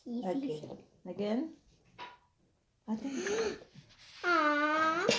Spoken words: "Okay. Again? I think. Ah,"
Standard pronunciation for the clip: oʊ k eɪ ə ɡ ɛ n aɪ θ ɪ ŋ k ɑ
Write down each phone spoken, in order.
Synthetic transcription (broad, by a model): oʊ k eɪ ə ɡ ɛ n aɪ t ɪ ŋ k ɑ